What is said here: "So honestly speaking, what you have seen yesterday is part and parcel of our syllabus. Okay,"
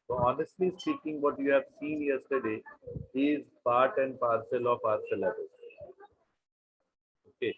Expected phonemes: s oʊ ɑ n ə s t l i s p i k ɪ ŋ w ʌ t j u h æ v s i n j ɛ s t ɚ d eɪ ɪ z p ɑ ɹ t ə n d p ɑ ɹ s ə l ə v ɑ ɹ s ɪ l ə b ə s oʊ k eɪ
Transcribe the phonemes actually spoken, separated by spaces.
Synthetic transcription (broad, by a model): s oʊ ɑ n ə s t l i s p i k ɪ ŋ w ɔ t j u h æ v s i n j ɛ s t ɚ d eɪ ɪ z p ɑ ɹ t ə n d p ɑ ɹ s ə l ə p ɑ ɹ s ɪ l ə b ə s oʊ k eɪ